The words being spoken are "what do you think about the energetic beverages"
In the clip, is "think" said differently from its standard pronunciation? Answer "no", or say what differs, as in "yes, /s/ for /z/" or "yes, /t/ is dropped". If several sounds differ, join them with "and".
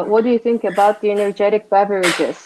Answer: no